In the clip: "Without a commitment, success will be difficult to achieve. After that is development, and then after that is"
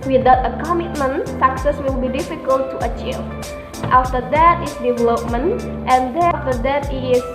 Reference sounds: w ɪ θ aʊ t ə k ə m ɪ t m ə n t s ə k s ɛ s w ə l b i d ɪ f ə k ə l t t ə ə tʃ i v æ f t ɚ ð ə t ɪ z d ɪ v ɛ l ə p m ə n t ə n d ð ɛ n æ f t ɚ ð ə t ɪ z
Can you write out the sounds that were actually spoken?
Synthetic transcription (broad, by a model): w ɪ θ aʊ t ə k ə m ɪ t m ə n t s ə k s ɛ s w ə l b i d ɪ f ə k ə l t t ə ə tʃ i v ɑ f t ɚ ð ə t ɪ s d ɪ v ɛ l ə p m ə n t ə n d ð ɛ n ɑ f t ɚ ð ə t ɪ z